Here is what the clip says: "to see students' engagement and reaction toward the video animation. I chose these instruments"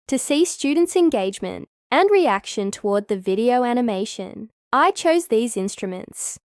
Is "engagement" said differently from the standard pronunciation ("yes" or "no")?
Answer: no